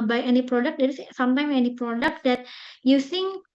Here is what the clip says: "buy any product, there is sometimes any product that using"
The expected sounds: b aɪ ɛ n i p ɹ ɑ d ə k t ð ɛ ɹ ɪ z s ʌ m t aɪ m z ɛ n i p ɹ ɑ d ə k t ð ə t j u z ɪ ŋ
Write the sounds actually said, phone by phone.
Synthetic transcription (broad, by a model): b aɪ ɛ n i p ɹ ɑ d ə k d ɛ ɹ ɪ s s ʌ m t aɪ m ɛ n i p ɹ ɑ d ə k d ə t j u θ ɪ ŋ